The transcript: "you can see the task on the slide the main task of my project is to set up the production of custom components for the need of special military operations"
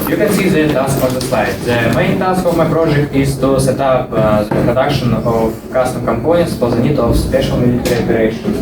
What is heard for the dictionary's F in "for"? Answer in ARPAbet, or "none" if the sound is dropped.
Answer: P